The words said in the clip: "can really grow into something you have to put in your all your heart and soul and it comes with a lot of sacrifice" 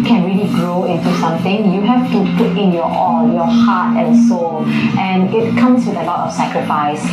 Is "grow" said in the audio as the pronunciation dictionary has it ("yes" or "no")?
yes